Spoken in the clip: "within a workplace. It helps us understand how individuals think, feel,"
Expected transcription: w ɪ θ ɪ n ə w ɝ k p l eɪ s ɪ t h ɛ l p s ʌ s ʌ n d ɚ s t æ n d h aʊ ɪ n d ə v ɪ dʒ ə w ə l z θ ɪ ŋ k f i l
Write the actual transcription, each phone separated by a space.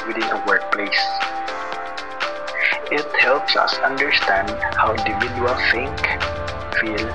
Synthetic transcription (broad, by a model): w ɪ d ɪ n ə w ɝ k p l eɪ s ɪ t h ɛ l p s ʌ s ʌ n d ɚ s t æ n d h aʊ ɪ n d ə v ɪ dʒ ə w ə l θ ɪ ŋ k f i l